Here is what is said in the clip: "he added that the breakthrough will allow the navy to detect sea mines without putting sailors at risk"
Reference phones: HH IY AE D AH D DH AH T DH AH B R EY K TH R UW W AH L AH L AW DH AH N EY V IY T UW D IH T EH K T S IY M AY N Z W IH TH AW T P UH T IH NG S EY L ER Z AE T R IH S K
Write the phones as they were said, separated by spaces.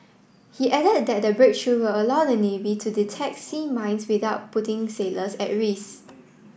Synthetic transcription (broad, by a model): HH IY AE D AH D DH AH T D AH B R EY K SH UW W AH L AH L AW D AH N EY V IY T UW D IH T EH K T S IY M AY N S W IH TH AW T P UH T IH NG S EY L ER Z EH T R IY S